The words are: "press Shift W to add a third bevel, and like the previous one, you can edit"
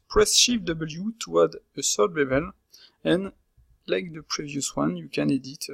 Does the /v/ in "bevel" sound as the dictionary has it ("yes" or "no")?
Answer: no